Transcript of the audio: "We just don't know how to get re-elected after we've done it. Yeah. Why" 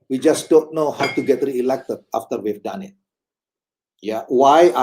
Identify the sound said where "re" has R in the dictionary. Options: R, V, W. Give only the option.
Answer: R